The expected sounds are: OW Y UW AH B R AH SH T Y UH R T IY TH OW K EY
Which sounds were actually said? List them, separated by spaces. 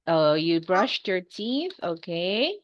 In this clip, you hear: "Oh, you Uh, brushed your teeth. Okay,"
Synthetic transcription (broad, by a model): OW Y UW B R AH SH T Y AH R T IY TH OW K EY